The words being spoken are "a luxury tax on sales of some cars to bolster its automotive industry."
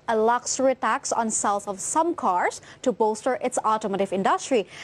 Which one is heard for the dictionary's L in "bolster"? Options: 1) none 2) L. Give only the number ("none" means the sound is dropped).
1